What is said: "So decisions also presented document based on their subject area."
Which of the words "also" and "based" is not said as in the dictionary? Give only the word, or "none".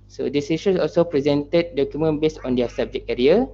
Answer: based